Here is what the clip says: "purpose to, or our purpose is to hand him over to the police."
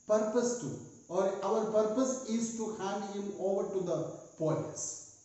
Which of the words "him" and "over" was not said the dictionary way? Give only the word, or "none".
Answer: none